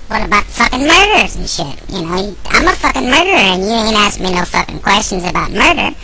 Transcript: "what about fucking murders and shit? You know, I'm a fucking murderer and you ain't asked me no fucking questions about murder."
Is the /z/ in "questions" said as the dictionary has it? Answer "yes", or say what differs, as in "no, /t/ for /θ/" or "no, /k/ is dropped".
yes